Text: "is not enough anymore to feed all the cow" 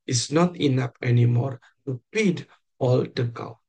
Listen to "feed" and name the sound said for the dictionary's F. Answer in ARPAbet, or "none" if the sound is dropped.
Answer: P